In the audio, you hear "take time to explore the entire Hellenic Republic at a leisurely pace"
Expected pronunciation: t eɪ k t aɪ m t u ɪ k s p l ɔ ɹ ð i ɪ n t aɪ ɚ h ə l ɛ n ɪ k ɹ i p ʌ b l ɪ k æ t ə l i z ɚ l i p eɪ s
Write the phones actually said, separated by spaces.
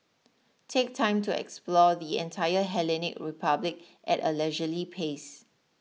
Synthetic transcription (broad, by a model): t eɪ k t aɪ m t u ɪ k s p l ɔ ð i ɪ n t aɪ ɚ h ə l ɛ n ɪ k ɹ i p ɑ b l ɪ k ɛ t ə l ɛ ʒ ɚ l i p eɪ s